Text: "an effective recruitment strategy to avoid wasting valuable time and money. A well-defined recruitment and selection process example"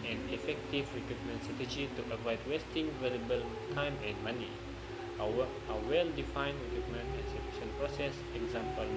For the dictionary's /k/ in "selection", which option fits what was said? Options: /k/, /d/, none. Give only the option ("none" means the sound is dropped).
none